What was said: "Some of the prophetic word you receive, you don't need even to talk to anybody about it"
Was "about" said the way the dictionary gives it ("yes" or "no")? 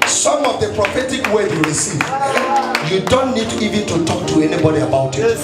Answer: yes